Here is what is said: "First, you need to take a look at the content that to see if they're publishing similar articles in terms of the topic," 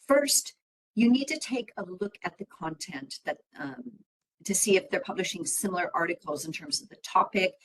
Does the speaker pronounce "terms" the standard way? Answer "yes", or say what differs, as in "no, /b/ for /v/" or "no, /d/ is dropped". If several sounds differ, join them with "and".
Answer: yes